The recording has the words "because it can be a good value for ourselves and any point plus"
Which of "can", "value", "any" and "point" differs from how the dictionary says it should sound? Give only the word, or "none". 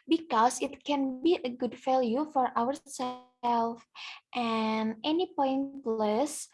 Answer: value